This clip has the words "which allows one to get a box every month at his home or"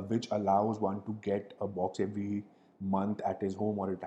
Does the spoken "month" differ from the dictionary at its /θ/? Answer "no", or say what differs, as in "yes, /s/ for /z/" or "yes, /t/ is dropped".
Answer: yes, /t/ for /θ/